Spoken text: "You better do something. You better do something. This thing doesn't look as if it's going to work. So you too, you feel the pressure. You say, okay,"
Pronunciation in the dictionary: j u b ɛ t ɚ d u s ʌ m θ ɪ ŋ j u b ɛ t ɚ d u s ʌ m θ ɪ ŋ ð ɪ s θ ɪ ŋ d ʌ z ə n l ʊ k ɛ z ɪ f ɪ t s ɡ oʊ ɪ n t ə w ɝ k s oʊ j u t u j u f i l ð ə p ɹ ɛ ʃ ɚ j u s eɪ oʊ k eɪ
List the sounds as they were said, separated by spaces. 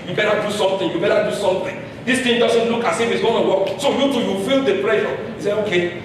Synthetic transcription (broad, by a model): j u b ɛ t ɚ d u s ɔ m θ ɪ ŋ j u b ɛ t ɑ d u s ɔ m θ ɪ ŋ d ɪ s t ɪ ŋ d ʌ s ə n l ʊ k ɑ s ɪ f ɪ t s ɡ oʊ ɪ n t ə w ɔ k s oʊ j u t u j u f i l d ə p ɹ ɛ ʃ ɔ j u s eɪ oʊ k eɪ